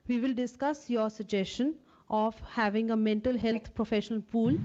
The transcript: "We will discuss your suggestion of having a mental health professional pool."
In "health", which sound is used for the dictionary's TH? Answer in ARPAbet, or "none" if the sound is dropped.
T